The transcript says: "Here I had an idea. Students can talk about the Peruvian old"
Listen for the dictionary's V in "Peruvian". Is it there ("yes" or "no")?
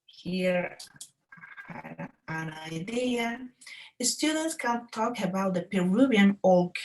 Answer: no